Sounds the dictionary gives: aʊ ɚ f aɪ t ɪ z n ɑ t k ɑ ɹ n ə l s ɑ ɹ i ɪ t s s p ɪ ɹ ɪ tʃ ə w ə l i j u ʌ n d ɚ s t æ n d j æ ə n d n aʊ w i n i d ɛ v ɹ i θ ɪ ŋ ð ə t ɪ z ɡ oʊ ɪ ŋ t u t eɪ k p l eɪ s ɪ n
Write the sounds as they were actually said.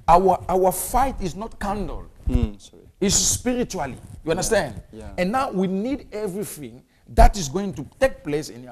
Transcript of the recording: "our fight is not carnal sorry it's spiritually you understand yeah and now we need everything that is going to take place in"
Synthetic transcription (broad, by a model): aʊ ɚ f aɪ t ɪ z n ɑ t k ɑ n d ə l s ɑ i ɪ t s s p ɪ ɹ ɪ tʃ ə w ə l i j u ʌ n d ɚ s t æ n d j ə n n aʊ w i n i d ɛ v ɹ i θ ɪ ŋ ð ə t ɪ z ɡ oʊ ɪ ŋ t u t eɪ k p l eɪ s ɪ n